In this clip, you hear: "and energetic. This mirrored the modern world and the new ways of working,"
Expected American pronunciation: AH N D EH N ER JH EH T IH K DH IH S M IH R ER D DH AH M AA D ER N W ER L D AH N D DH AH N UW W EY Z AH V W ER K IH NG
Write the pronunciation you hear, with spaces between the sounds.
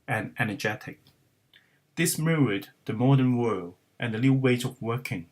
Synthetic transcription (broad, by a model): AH N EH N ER JH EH T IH K DH IH S M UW ER D DH AH M AA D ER N W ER L D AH N DH AH L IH W EY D AH V W ER K IH NG